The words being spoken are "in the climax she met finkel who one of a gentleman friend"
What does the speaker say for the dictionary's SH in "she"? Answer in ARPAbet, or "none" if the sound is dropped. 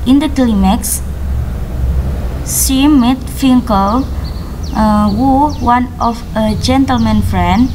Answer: S